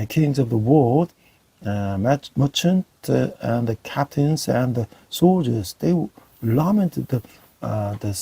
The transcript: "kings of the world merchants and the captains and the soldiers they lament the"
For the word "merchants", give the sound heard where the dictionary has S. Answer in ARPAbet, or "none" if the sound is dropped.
none